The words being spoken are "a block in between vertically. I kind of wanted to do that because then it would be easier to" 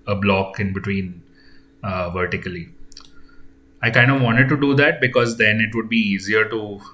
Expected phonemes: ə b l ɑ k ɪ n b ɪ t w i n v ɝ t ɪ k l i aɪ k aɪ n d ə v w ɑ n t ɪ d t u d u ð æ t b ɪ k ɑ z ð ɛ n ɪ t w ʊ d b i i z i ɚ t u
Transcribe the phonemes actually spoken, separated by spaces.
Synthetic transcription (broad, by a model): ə b l ɑ k ɪ n b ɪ t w i n v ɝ t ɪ k l i aɪ k aɪ n d ə v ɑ n t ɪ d t u d u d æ t b ɪ k ɑ z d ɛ n ɪ t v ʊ d b i i z i ɚ t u